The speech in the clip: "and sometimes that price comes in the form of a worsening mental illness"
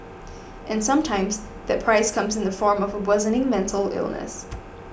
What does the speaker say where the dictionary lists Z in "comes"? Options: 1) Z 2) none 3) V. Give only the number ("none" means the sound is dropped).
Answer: 1